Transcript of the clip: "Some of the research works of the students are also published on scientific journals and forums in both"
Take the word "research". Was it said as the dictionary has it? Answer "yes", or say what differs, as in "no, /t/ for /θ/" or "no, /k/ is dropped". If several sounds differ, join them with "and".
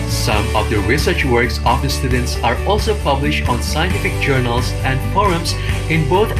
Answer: yes